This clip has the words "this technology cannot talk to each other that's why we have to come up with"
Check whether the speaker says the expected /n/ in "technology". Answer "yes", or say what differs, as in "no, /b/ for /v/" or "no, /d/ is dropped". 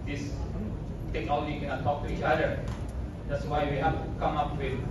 yes